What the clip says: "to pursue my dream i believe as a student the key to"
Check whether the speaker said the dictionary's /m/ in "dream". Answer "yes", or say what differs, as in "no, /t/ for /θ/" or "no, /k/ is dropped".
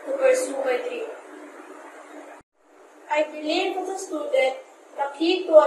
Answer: no, /m/ is dropped